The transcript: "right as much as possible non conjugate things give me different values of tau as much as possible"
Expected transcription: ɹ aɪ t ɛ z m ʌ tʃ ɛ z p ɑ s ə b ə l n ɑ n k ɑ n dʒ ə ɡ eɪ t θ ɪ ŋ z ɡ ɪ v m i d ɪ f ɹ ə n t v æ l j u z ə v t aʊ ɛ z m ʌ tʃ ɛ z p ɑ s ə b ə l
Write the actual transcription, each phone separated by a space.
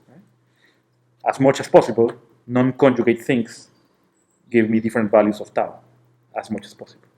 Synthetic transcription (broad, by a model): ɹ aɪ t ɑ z m ʌ tʃ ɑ s p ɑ s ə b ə l n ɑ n k ɑ n dʒ ə ɡ eɪ t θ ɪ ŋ s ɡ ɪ v m i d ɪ f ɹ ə n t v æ l j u s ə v t aʊ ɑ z m ʌ tʃ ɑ s p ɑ s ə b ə l